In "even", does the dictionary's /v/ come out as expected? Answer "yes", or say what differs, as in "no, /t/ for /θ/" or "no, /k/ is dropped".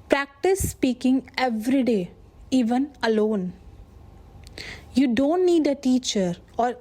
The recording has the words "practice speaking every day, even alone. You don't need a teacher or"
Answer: yes